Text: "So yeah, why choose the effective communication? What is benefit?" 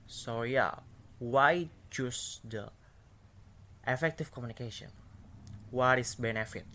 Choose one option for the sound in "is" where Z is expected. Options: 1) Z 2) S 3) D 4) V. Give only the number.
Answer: 2